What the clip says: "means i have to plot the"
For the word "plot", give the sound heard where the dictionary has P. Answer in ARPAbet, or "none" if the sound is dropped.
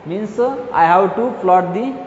F